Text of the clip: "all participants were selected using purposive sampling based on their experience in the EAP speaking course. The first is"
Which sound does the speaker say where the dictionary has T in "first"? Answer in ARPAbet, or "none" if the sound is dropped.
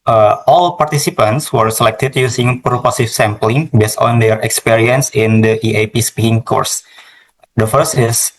T